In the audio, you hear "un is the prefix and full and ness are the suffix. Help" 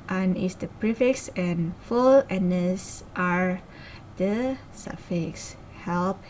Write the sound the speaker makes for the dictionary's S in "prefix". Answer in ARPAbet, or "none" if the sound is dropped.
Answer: S